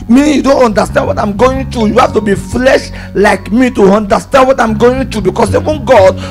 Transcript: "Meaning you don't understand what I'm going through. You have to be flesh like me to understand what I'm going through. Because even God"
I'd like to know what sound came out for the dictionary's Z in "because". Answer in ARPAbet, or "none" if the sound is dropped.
S